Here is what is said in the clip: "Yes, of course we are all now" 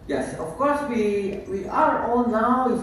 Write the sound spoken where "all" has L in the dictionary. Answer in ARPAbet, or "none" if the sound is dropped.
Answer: N